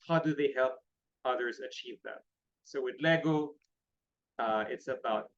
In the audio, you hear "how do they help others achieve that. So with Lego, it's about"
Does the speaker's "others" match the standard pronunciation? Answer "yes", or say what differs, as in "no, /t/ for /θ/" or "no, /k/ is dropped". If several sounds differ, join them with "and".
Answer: yes